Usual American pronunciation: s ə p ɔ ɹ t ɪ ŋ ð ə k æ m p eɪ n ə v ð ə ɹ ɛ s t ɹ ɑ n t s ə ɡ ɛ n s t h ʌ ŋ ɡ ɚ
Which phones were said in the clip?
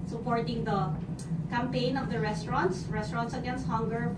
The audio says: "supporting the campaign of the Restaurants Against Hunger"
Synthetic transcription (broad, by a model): s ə p ɔ ɹ t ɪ ŋ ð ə k æ m p eɪ n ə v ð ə ɹ ɛ s t ɹ ɑ n t s ə ɡ ɛ n s t h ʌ ŋ ɡ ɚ